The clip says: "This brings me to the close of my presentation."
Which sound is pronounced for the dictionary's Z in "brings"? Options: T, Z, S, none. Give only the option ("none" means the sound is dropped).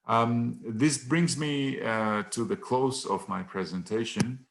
Z